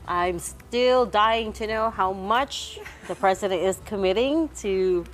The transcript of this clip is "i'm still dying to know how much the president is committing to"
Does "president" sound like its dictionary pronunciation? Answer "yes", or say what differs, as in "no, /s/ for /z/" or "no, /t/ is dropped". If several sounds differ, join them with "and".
yes